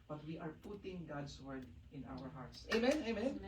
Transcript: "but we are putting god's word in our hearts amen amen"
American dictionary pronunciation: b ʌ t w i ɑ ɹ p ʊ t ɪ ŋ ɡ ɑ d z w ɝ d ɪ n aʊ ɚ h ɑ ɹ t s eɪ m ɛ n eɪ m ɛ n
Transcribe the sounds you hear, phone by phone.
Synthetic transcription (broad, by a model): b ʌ t w i ɑ ɹ p ʊ t ɪ ŋ ɡ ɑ d s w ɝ d ɪ n aʊ ɚ h ɑ ɹ t s eɪ m ɛ n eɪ m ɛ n